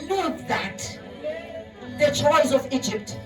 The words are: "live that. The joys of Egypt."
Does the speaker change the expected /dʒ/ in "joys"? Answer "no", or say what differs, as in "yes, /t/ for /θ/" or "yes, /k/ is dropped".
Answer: yes, /tʃ/ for /dʒ/